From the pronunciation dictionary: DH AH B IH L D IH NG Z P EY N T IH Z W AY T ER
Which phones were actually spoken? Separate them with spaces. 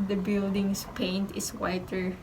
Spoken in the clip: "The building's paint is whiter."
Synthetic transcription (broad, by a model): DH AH B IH L D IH NG S P EY N T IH S W AY T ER